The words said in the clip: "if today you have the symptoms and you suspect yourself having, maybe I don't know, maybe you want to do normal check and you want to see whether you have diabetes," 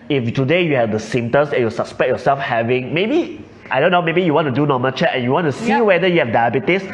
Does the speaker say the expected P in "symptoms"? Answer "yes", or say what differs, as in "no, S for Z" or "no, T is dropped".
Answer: no, P is dropped